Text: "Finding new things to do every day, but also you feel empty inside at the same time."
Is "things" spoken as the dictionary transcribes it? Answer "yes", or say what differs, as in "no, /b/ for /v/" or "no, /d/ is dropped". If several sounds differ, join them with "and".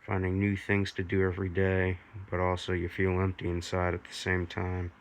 yes